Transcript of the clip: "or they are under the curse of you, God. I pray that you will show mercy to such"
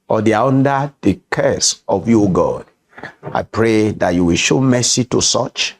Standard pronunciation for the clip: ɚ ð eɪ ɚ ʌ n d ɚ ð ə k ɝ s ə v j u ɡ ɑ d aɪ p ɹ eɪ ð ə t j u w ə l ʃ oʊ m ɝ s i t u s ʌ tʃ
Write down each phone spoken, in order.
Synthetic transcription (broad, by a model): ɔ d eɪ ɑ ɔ n d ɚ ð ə k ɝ s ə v j u ɡ ɑ d aɪ p ɹ eɪ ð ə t j u w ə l ʃ oʊ m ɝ s i t u s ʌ tʃ